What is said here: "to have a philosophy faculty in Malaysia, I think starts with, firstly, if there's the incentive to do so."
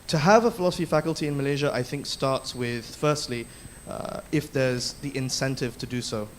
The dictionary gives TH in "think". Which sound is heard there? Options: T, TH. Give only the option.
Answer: TH